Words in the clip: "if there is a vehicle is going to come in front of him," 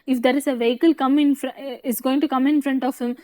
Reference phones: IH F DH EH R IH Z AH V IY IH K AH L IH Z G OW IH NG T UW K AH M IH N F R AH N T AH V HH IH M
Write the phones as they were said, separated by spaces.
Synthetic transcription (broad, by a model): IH F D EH R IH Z AH V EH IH K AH L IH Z G OW IH NG T UW K AH M IH N F R AH N T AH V HH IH M